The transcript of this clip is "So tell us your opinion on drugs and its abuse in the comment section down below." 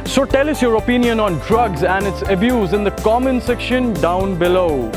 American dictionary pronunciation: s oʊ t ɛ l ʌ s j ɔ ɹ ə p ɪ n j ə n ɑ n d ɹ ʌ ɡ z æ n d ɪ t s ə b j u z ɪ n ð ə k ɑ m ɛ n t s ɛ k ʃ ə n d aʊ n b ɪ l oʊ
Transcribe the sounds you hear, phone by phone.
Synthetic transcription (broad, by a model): s oʊ t ɛ l ʌ s j ɔ ɹ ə p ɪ n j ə n ɑ n d ɹ ʌ ɡ z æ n d ɪ t s ə b j u z ɪ n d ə k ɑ m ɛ n s ɛ k ʃ ə n d aʊ n b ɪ l oʊ